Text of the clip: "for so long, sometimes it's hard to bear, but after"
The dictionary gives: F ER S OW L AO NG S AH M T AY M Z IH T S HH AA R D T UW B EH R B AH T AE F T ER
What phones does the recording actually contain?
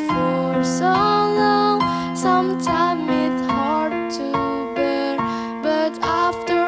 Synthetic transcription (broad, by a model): F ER S OW L AO NG S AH M T AY M IH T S HH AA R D T UW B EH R B AH T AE F T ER